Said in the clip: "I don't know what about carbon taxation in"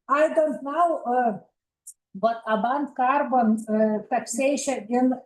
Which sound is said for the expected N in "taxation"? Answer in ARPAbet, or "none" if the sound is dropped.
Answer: none